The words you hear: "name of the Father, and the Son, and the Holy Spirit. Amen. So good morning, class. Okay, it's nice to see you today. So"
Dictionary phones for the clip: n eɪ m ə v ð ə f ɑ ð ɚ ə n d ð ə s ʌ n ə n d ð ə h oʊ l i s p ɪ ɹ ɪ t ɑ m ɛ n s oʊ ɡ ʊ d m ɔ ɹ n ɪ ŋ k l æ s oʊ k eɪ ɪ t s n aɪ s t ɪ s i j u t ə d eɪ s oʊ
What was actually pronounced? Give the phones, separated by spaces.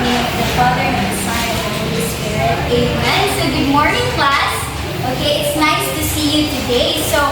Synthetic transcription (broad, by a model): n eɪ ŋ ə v ð ə f ɑ ð ɚ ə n ð ə s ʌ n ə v ð ə h oʊ l i s p ɪ ɹ ɪ t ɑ ɛ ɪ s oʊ ɡ ʊ d m ɔ ɹ n ɪ ŋ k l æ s oʊ k eɪ ɪ t s n aɪ s t ɪ s i j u t ə d eɪ s oʊ